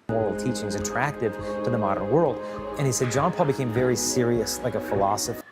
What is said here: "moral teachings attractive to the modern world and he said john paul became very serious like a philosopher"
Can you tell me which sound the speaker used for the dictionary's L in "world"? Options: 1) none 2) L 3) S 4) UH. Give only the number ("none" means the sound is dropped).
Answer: 2